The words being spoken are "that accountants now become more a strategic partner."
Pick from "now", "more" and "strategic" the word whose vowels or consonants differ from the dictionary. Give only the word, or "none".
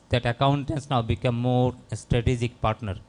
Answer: none